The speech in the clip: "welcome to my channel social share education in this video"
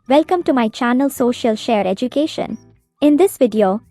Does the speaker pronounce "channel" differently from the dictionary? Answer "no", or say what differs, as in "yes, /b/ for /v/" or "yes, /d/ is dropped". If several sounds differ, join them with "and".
no